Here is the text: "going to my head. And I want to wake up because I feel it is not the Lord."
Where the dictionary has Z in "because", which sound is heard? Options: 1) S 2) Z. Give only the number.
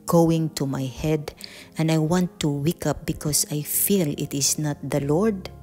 1